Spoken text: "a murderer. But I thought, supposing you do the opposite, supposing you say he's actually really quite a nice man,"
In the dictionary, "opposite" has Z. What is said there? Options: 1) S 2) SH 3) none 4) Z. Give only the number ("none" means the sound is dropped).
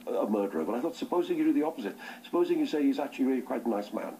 4